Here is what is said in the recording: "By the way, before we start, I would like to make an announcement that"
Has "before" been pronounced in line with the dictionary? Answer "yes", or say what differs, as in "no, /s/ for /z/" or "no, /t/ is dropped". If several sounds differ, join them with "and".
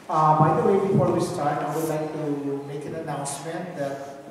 no, /l/ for /ɹ/